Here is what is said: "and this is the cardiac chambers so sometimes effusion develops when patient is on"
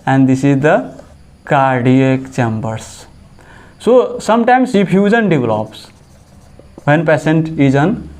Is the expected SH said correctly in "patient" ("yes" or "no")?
no